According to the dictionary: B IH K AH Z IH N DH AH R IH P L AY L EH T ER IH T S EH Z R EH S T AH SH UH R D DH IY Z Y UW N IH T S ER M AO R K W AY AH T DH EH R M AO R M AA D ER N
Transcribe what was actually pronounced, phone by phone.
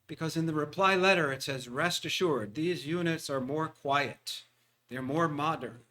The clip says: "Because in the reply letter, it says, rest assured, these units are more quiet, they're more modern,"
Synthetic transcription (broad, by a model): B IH K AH Z IH N DH AH R IH P L AY L EH T ER IH T S EH Z R EH S T AH SH UH R D DH IY Z Y UW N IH T S ER M AO R K W AY AH T DH EH R M AO R M AA D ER N